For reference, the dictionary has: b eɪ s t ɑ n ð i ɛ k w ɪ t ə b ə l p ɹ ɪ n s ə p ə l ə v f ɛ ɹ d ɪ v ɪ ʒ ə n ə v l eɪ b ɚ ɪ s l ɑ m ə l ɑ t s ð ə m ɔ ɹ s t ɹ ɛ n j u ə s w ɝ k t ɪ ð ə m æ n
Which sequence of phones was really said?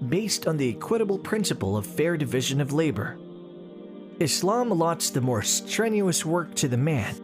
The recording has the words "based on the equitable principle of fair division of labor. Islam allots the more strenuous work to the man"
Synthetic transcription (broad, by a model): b eɪ s t n ð i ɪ k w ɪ t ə b l p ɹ ɪ n s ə p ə l ə v f ɛ ɹ d ɪ v ɪ ʒ ə n ə v l eɪ b ɚ ɪ s l ɑ m l ɑ t s ð ə m ɔ ɹ s t ɹ ɛ n j u ə s w ɝ k t ɪ ð ə m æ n